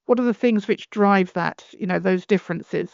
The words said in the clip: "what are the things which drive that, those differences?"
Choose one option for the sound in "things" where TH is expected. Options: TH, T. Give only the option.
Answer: TH